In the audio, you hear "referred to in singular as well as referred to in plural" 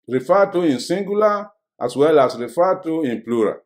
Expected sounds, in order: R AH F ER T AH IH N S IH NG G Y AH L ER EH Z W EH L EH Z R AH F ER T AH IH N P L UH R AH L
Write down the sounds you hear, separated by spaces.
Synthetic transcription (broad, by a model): R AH F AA T AH IH N S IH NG G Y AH L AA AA S W EH L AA S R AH F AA T AH IH N P L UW R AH